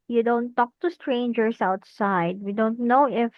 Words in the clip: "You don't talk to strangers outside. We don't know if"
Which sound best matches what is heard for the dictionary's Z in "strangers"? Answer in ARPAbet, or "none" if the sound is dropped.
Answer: S